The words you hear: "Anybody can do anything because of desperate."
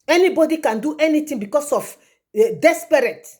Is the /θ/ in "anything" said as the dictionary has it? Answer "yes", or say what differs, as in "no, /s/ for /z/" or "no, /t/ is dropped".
no, /t/ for /θ/